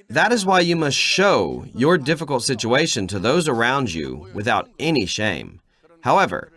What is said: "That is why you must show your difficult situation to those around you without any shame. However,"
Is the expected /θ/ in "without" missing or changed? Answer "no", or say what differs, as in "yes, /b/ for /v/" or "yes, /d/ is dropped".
no